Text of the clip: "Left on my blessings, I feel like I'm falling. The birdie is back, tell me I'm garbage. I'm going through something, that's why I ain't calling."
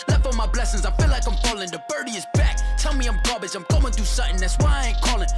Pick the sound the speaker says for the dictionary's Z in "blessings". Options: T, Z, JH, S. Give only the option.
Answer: Z